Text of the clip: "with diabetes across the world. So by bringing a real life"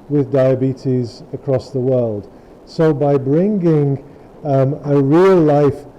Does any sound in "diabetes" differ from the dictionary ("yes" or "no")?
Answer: no